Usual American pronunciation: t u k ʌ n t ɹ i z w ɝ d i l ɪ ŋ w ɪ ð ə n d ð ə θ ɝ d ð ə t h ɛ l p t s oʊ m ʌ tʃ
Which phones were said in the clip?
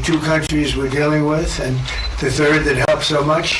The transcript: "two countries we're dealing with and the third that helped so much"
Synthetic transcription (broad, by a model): t u k ʌ n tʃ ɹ i z w ɝ d i l ɪ ŋ w ɪ ð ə n ð ə θ ɝ d ð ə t h ɛ l p s oʊ m ʌ tʃ